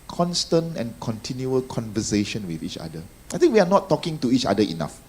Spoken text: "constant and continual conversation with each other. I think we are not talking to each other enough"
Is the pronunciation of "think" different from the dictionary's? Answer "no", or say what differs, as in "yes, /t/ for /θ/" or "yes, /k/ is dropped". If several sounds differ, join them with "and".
yes, /t/ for /θ/